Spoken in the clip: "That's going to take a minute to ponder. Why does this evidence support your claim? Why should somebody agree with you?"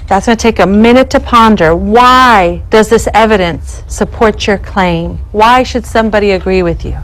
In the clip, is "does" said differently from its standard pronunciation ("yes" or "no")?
no